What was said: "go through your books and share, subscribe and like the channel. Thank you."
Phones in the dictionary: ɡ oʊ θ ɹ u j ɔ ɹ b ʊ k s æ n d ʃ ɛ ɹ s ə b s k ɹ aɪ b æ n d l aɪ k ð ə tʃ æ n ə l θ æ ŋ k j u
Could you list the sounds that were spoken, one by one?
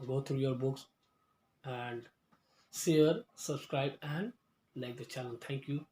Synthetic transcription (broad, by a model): ɡ oʊ t ɹ u j ɔ ɹ b ʊ k s æ n d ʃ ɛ ɹ s ə b s k ɹ aɪ b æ n d l aɪ k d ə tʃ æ l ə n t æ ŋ k j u